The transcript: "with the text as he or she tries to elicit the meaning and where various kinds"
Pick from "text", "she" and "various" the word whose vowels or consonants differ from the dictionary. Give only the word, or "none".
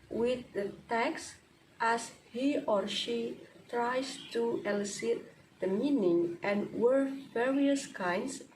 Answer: none